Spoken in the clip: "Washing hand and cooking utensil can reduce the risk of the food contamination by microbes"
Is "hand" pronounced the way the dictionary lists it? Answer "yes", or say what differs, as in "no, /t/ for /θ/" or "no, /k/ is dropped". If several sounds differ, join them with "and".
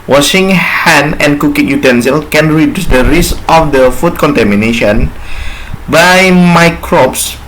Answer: no, /d/ is dropped